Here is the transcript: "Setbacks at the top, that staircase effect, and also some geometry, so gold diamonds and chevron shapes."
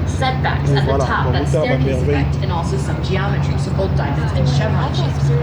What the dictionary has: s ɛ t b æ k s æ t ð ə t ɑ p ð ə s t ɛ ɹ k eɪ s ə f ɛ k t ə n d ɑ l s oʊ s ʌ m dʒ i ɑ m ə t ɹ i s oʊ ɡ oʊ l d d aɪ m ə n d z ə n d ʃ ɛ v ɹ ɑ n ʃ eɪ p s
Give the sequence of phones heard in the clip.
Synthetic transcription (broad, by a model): s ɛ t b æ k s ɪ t ð ə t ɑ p ð ə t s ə ɛ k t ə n ɑ l s oʊ s ʌ m dʒ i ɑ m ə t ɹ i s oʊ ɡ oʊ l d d aɪ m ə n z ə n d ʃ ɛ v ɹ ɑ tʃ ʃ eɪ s